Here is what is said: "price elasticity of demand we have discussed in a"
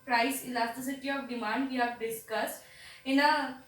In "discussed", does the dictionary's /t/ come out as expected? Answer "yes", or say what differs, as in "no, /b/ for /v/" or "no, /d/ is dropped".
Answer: yes